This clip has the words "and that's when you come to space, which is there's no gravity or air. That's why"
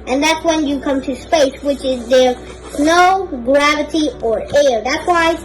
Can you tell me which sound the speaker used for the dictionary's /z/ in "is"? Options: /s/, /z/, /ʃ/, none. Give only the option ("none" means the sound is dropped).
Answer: /z/